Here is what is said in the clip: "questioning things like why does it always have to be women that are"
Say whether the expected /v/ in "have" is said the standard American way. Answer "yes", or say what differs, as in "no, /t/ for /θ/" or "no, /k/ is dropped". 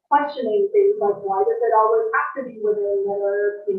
no, /f/ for /v/